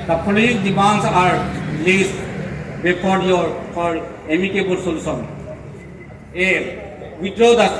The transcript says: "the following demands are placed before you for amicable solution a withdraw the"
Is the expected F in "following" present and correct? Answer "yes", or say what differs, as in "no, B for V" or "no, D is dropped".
no, P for F